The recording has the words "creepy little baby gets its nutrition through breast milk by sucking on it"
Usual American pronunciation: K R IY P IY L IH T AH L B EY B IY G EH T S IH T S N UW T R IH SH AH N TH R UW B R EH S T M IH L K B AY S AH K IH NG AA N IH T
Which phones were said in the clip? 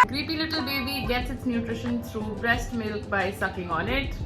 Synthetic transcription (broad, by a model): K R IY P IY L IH T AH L B EY B IY G EH T S IH T S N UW T R IH SH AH N T R UW B R EH S T M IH L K B AY S AH K IH NG AA N IH T